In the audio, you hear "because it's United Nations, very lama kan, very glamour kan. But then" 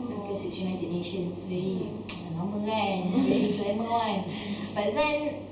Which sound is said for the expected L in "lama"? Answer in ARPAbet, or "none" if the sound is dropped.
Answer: N